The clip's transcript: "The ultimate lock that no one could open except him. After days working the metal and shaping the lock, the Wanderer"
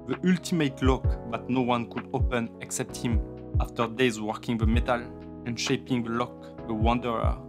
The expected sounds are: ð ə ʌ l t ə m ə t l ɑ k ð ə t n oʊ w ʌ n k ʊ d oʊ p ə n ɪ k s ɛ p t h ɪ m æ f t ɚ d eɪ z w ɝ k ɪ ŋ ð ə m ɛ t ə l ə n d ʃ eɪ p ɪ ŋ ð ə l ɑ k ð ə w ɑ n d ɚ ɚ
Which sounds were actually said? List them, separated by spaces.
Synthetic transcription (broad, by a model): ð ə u l t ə m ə t l ɑ k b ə t n oʊ w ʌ n k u d oʊ p ə n ɪ k s ɛ p t h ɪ m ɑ f t ɚ d eɪ z w ɝ k ɪ ŋ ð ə m ɛ t ə l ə n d ʃ eɪ p ɪ ŋ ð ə l ɑ k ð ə w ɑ n d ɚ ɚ